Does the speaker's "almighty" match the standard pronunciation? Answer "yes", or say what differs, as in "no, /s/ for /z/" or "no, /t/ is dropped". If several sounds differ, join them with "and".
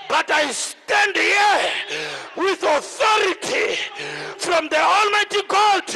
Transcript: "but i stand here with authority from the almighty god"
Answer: yes